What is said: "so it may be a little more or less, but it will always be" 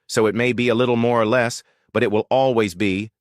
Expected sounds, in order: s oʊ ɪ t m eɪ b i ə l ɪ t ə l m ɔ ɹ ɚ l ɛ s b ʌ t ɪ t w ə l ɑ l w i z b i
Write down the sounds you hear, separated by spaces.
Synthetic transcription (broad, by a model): s oʊ ɪ t m eɪ b i ə l ɪ t l m ɔ ɹ ɚ l ɛ s b ʌ t ɪ t w ə l ɑ l w i z b i